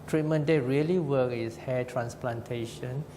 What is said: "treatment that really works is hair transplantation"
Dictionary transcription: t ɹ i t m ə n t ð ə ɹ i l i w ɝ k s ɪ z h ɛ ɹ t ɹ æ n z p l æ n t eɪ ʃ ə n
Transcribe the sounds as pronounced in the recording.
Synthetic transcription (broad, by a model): t ɹ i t m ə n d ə ɹ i l i w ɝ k ɪ s h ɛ t ɹ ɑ n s p l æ n t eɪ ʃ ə n